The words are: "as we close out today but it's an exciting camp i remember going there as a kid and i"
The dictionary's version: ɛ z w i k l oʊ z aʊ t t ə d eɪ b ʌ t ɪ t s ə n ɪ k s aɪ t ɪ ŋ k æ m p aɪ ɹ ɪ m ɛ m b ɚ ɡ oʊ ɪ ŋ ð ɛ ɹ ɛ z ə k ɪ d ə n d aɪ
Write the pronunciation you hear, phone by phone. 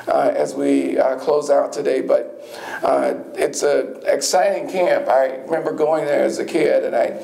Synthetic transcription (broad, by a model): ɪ z w i k l oʊ z aʊ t t ə d eɪ b ʌ t ɪ t s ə ɪ k s aɪ t ɪ ŋ k æ m p aɪ ɹ ɪ m ɛ m b ɚ ɡ oʊ ɪ ŋ ð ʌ ɹ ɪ z ə k ɪ d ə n aɪ